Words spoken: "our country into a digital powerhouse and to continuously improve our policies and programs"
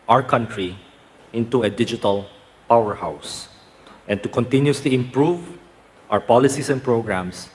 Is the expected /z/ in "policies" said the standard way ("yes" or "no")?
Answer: no